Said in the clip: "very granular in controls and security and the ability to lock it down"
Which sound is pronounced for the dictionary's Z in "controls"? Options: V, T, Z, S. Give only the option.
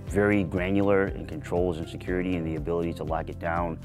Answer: Z